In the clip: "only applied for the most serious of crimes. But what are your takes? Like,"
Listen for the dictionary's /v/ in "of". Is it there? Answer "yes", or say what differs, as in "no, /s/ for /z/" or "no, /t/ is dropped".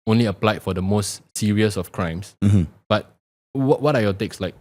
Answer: no, /f/ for /v/